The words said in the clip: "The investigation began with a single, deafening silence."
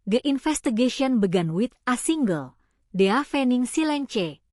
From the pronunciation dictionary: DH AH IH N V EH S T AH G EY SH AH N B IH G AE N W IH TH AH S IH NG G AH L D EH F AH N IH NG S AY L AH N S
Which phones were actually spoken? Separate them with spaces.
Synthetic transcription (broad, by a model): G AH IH N F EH S T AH G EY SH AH N B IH G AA N W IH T AH S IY NG G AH L D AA F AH N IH NG S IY L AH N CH